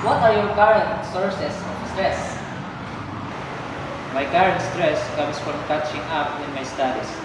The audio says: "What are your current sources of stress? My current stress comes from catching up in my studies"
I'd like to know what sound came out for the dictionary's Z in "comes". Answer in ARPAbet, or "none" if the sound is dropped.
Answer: S